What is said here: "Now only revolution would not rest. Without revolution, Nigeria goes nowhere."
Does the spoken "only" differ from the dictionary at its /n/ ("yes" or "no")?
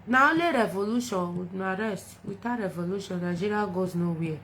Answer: yes